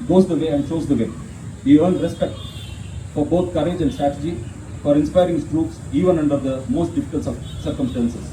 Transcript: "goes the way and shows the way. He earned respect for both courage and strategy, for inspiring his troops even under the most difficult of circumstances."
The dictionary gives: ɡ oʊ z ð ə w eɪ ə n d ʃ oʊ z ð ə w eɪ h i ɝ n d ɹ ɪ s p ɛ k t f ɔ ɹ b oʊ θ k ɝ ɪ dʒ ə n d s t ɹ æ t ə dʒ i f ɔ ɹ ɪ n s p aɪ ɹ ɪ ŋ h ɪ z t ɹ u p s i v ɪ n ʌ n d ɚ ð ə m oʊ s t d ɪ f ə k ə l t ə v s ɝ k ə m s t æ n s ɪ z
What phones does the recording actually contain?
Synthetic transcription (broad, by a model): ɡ oʊ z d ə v eɪ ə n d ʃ oʊ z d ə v eɪ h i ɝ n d ɹ ɪ s p ɛ k t f ɔ ɹ b oʊ t k ɝ ɪ dʒ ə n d s t ɹ æ t ə dʒ i f ɔ ɹ ɪ n s p aɪ ɹ ɪ ŋ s t ɹ u p s i v ɪ n ʌ n d ɚ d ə m oʊ s t d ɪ f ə k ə l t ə s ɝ k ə m s t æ n s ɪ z